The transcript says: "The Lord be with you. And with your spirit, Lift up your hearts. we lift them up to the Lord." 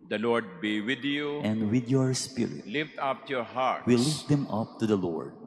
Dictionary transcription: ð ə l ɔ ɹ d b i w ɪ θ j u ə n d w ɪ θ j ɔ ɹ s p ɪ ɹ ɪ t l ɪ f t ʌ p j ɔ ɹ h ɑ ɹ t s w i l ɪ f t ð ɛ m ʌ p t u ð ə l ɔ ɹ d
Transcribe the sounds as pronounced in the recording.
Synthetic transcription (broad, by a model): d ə l ɔ ɹ d b i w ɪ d j u ə n d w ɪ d j ɔ ɹ s p ɪ ɹ ɪ t l ɪ f t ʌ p j ɔ ɹ h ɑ ɹ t w i l ɪ f t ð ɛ m ʌ p t u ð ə l ɔ ɹ d